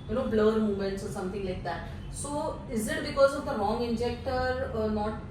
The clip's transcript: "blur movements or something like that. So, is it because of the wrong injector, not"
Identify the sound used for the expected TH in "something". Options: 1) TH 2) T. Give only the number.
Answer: 2